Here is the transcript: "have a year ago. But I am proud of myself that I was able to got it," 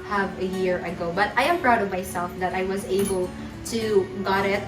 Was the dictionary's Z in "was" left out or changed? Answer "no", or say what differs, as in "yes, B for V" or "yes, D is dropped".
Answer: no